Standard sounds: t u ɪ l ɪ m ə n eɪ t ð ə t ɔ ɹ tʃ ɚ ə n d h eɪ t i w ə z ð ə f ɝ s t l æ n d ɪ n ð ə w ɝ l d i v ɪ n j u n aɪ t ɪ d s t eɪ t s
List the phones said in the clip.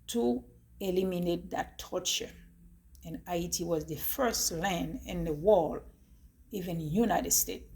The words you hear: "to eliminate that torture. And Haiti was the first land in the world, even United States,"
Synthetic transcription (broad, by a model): t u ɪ l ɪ m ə n eɪ t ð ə t ɔ ɹ tʃ ɚ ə n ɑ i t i w ə z ð ə f ɝ s t l æ n d ɪ n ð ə w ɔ l i v ɪ n j u n aɪ t ɪ d s t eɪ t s